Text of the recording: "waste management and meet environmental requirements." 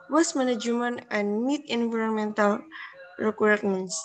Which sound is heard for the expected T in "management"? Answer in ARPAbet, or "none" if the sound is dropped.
none